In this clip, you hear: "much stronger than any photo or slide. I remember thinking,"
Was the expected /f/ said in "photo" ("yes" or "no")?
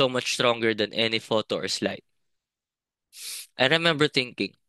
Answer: yes